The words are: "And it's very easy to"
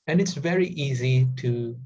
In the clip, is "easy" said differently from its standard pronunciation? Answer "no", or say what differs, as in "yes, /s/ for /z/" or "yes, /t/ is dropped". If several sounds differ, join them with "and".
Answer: no